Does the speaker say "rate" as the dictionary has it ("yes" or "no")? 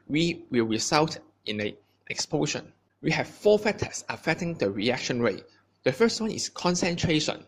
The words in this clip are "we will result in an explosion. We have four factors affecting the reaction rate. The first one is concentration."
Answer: yes